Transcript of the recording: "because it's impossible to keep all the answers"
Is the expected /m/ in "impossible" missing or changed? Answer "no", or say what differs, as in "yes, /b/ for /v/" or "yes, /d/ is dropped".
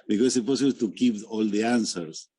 yes, /m/ is dropped